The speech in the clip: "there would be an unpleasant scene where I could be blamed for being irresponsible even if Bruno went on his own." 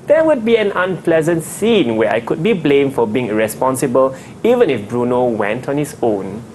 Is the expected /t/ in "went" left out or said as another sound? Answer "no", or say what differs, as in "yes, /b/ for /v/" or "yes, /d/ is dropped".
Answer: no